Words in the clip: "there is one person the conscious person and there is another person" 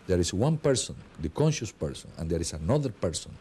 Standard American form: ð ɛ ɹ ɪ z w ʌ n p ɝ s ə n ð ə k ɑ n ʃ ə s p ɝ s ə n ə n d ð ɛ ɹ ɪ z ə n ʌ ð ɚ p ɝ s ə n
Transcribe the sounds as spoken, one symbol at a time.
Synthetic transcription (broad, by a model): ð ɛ ɹ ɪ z w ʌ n p ɝ s ə n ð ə k ɑ n ʃ ə s p ɝ s ə n ə n d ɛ ɹ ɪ s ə n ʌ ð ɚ p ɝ s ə n